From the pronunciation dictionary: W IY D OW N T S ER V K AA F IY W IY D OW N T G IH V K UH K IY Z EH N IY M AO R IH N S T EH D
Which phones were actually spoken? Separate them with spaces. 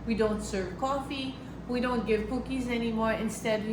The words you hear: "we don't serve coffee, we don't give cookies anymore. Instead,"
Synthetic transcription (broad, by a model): W IY D OW N T S ER V K AA F IY W IY D OW N T G IH V K UH K IY Z EH N IY M AO R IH N S T EH D